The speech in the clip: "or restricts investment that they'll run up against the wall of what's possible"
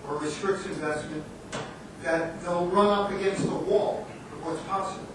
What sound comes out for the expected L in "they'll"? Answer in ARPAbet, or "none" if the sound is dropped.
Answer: L